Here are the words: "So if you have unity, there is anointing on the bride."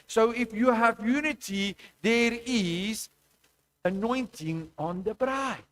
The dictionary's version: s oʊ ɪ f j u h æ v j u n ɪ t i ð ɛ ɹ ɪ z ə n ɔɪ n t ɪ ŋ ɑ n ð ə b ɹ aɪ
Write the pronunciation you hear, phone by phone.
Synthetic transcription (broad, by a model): s oʊ ɪ f j u h æ v j u n ɪ t i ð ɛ ɹ ɪ z ə n ɔɪ n t ɪ ŋ ɑ n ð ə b ɹ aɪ